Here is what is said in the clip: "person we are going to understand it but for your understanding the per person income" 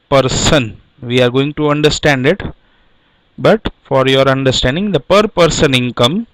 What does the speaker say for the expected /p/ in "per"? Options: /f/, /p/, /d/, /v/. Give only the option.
/p/